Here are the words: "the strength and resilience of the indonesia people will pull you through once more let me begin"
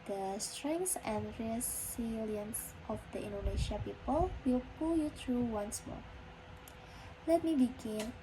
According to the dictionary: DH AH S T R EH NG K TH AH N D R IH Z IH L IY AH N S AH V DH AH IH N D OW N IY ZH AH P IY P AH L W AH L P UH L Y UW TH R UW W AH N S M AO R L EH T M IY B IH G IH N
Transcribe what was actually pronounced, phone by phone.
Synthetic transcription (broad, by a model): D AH S T R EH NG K S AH N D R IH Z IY L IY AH N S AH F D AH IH N D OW N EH SH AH P IY P AH L W AH L P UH L Y UW T R UW W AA N S M AO R L EH T M IY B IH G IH N